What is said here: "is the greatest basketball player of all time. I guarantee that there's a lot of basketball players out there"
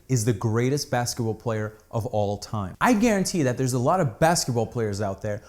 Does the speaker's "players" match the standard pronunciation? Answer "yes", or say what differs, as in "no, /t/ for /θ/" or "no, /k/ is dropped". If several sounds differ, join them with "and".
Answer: yes